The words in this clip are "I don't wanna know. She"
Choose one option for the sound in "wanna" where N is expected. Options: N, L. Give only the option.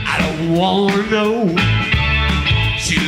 L